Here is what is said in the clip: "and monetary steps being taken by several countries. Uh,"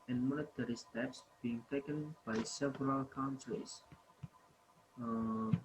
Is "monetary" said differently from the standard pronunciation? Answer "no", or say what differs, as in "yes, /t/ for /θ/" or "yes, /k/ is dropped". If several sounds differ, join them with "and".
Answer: yes, /l/ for /n/